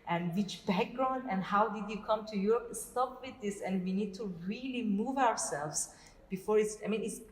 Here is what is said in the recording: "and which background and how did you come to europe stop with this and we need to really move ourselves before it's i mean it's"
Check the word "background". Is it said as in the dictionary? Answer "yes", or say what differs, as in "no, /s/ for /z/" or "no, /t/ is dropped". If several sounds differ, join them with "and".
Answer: yes